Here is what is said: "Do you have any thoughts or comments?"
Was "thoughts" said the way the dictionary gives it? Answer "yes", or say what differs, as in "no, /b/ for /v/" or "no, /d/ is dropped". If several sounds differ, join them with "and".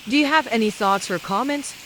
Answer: yes